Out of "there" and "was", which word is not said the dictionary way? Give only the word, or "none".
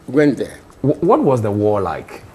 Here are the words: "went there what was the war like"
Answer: there